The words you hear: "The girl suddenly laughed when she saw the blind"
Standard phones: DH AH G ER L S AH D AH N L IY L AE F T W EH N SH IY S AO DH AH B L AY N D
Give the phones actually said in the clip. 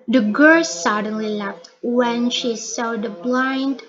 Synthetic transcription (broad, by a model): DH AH G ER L S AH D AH N L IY L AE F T W EH N SH IY S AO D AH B L AY N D